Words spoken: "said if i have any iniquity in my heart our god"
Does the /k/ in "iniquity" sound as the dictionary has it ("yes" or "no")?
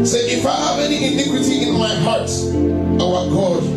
yes